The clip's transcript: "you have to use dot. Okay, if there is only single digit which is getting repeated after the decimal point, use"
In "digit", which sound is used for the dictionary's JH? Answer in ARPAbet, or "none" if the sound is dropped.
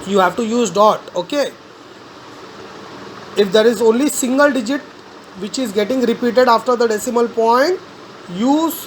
JH